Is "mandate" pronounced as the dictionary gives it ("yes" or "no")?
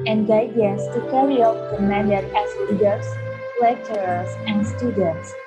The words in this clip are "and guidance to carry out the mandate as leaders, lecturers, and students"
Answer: no